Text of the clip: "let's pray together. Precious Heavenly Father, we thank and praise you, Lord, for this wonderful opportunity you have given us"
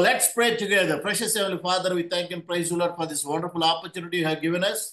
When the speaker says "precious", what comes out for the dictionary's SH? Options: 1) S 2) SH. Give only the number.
2